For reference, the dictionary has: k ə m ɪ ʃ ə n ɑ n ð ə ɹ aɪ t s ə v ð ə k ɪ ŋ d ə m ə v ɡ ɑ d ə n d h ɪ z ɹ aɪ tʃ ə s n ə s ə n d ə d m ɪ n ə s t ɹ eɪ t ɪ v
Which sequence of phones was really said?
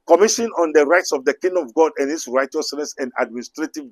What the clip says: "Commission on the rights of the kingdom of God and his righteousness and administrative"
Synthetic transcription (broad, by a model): k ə m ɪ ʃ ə n ɑ n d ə ɹ aɪ t s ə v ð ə k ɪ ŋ d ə m ə v ɡ ɑ d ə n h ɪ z ɹ aɪ tʃ ə s n ə s ə n d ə d m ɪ n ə s t ɹ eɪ t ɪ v